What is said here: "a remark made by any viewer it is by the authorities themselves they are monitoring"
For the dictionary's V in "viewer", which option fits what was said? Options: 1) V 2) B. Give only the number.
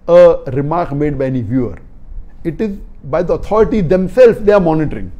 1